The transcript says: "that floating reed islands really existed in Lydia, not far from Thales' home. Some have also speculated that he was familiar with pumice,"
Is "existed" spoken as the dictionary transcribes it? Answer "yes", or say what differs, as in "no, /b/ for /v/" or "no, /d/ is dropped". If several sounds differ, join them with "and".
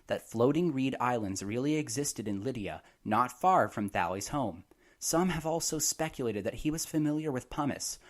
yes